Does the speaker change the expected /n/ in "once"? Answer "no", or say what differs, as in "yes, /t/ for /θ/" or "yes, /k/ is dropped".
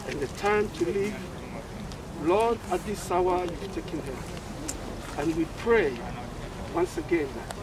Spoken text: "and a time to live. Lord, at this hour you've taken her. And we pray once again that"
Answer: no